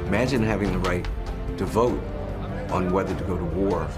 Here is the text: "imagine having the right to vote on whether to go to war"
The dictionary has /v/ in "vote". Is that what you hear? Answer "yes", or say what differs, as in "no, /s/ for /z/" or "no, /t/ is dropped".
yes